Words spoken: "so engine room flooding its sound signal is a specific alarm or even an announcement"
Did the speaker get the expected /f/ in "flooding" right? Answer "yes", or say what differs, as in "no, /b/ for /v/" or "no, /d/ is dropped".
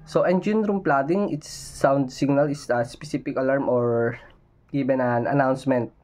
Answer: no, /p/ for /f/